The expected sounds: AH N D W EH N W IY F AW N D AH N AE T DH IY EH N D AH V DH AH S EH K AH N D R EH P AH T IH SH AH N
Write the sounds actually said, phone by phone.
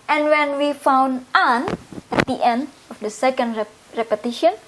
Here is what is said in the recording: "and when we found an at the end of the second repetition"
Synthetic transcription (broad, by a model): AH N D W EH N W IY F AW N D AH N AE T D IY EH N D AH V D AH S EH K AH N D R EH P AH T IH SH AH N